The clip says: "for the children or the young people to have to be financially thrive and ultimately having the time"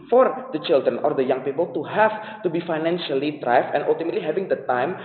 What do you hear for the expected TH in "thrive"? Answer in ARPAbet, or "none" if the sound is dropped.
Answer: T